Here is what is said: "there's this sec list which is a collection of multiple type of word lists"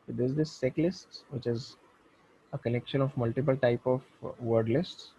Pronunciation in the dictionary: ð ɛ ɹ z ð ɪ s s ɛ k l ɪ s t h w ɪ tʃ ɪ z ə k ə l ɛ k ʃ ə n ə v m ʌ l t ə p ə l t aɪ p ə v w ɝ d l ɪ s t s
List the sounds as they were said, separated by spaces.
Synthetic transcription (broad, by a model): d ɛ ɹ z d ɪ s s ɛ k l ɪ s t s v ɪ tʃ ɪ z ə k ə n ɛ k ʃ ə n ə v m ʌ l t ə p ə l t aɪ p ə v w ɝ d l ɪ s t s